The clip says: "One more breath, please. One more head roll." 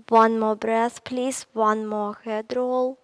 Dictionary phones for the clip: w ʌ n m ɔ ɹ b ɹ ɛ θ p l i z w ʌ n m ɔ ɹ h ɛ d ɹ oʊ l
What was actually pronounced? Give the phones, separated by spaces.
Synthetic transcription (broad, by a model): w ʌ n m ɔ b ɹ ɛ s p l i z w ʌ n m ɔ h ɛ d ɹ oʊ l